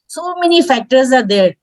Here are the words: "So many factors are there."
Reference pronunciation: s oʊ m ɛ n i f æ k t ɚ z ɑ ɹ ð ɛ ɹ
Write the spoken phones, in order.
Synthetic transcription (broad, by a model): s oʊ m ɛ n i f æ k t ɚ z ɑ ɹ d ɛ ɹ